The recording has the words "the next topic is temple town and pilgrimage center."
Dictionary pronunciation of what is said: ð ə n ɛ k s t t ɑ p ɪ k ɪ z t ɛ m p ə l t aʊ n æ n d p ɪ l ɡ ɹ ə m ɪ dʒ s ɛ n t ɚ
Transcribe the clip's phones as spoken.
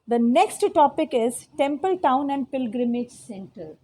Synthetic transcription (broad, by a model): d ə n ɛ k s t t ɑ p ɪ k ɪ z t ɛ m p ə l t aʊ n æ n d p ɪ l ɡ ɹ ə m ɪ dʒ s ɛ n t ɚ